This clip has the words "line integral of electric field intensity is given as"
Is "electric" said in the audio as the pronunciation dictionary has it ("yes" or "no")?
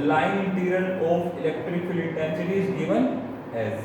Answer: yes